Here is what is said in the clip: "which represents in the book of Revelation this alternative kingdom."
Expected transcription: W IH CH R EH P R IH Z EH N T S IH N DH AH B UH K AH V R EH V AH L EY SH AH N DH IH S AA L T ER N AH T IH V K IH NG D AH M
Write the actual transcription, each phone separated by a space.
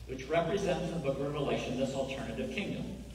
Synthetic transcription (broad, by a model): W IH CH R EH P R IH Z EH N T S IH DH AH B UH K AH R EH V AH L EY SH AH N DH IH S L T ER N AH T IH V K IH NG D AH M